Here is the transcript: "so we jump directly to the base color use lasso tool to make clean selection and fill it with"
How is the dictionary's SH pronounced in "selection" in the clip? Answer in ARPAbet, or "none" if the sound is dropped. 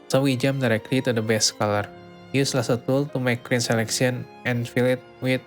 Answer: S